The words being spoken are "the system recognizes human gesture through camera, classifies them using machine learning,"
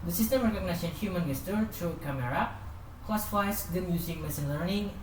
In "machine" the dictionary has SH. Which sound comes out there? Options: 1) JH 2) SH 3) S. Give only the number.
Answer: 3